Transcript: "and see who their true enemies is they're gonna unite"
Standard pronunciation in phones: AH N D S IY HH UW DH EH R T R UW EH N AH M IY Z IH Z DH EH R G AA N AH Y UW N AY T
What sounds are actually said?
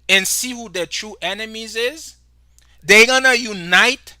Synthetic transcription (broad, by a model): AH N S IY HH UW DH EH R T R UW EH N AH M IY Z IH Z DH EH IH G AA N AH Y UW N AY T